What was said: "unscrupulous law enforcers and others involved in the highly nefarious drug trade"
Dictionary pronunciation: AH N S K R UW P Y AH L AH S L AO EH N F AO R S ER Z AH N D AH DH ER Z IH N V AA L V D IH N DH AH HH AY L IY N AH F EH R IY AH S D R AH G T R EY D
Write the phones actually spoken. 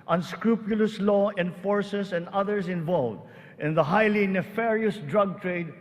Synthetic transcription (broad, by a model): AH N S K R UW P Y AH L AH S L AO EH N F AO R S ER S AH N D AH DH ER S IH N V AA L V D IH N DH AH HH AY L IY N AH F EH R IY AH S D R AH G T R EY D